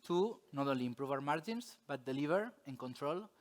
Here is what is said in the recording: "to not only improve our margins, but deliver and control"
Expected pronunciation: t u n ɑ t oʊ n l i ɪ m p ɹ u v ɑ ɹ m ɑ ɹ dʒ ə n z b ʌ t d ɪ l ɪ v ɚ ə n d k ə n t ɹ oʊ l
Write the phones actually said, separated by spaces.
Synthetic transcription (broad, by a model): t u n ɑ t oʊ n l i m p ɹ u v ɑ ɹ m ɑ ɹ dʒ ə n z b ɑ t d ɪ l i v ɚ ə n k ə n t ɹ oʊ l